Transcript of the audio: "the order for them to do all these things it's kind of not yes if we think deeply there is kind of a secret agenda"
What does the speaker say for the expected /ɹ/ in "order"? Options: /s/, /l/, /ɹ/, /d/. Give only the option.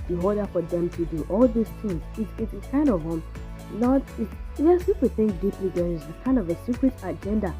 /l/